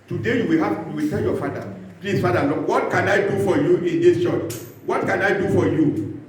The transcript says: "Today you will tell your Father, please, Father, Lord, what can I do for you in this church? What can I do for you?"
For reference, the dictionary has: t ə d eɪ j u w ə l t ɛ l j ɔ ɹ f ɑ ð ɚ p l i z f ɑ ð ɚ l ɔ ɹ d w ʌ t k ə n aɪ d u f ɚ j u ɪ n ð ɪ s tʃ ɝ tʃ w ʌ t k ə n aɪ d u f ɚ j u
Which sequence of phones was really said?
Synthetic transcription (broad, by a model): t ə d eɪ j u w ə w t ɛ l j ɔ f ɑ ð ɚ p l i s f ɑ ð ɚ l ɔ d w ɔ t k ə n aɪ d u f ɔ j u ɪ n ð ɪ s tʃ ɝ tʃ w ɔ t k ə n aɪ d u f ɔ j u